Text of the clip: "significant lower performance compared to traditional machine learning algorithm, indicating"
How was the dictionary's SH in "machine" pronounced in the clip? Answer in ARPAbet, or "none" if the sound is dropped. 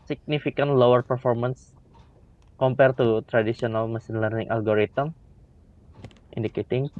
S